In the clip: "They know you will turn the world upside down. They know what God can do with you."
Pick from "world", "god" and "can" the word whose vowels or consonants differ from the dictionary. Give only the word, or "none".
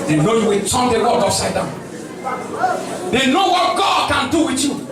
world